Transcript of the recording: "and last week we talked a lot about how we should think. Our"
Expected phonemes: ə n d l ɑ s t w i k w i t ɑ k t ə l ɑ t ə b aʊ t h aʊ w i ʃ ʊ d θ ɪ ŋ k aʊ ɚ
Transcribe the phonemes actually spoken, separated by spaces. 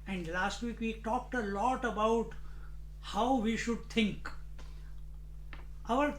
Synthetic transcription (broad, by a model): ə n d l ɑ s t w i k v i t ɑ k t ə l ɑ t ə b aʊ t h aʊ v i ʃ ʊ d t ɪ ŋ k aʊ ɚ